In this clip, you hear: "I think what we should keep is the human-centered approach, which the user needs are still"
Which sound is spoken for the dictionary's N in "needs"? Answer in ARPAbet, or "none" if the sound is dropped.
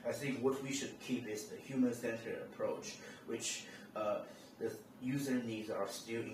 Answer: N